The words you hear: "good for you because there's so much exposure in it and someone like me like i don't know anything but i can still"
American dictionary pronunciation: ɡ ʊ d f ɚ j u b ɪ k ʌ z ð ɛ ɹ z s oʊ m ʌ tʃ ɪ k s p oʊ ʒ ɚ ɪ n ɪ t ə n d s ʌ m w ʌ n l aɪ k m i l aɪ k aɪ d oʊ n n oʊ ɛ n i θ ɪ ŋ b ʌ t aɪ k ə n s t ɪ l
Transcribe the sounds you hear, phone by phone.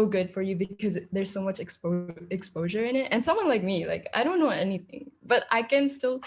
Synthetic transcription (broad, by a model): ɡ ʊ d f ɚ j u b ɪ k ʌ z ð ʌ ɹ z s oʊ m ʌ tʃ ɪ k s p oʊ ʒ ɚ ɪ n ɪ t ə n s ʌ m w ʌ n l aɪ k m i l aɪ k aɪ d oʊ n n oʊ ɛ n i θ ɪ ŋ b ʌ t aɪ k ə n s t ɪ l